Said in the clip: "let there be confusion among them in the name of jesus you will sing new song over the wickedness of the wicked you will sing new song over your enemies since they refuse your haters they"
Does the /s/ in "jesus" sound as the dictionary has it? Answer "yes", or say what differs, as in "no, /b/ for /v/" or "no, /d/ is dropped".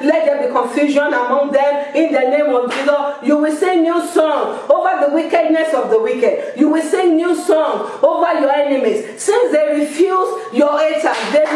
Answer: no, /s/ is dropped